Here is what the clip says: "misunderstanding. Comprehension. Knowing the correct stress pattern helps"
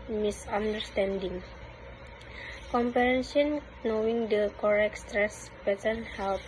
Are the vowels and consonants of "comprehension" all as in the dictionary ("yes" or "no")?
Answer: no